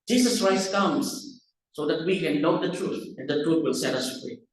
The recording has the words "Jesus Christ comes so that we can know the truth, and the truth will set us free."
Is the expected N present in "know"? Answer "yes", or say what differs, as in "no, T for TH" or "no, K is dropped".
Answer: no, L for N